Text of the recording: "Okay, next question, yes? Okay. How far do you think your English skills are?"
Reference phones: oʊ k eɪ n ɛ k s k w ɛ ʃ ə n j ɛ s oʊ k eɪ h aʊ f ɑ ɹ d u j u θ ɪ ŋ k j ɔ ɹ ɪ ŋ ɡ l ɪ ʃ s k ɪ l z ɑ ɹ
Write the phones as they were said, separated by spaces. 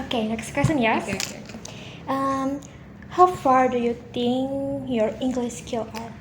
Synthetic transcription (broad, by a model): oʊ k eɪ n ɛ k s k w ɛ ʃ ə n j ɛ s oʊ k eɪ h aʊ f ɑ ɹ d u j u t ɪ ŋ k j ɔ ɹ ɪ ŋ ɡ l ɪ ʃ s k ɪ l ɑ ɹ